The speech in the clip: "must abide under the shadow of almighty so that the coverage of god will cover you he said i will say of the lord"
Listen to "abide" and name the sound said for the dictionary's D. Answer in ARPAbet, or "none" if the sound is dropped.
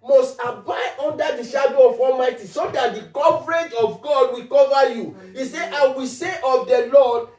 none